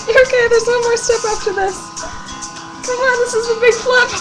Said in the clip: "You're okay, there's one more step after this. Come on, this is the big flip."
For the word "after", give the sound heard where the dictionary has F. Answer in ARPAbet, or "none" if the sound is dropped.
P